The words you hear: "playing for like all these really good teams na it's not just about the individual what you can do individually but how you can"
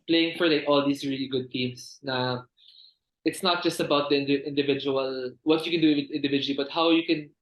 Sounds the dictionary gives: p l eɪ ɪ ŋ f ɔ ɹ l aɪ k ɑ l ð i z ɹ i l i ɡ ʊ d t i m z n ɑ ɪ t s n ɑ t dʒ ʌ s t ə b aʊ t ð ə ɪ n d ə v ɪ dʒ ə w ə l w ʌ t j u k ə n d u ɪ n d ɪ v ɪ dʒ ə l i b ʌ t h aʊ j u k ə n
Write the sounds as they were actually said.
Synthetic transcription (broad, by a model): p l eɪ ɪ ŋ f ɔ ɹ l aɪ k ɑ l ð i s ɹ i l i ɡ ʊ d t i m s n ɑ ɪ t s n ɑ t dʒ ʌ s t ə b aʊ t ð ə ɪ n d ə v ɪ dʒ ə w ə l w ʌ t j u k ə n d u ɪ n d ɪ v ɪ dʒ ə l i b ʌ t h aʊ j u k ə n